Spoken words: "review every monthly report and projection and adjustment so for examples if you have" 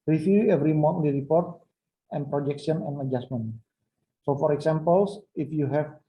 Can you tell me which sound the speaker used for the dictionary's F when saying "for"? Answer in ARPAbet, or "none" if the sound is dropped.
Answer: F